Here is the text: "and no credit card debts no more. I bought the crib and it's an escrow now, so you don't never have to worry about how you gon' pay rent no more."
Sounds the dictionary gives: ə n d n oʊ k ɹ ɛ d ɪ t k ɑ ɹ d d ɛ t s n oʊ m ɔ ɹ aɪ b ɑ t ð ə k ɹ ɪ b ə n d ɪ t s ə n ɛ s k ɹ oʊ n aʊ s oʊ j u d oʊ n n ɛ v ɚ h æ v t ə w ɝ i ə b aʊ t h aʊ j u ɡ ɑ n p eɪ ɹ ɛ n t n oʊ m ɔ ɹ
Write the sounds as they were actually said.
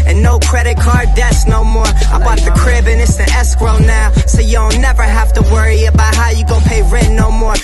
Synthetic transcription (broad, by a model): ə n n oʊ k ɹ ɛ d ɪ t k ɑ ɹ d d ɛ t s n oʊ m ɔ ɹ aɪ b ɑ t ð ə k ɹ ɪ b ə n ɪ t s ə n ɛ s k ɹ oʊ n aʊ s oʊ j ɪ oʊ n n ɛ v ɚ h æ f t ə w ɝ i ə b aʊ t h aʊ j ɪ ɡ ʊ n p eɪ ɹ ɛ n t n oʊ m ɔ ɹ